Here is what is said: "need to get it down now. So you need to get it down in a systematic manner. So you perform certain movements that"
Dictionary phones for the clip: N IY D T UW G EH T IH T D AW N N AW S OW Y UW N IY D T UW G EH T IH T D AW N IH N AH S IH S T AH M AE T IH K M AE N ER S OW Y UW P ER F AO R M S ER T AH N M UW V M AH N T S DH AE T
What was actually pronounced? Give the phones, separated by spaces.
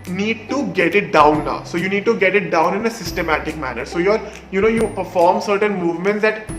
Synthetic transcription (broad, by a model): N IY D T UW G EH T IH T D AW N N AW S OW Y UW N IY D T UW G EH T IH T D AW N IH N AH S IH S T AH M AE T IH K M AE N ER S OW Y UW P ER F AO R M S ER T AH N M UW V M AH N T S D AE T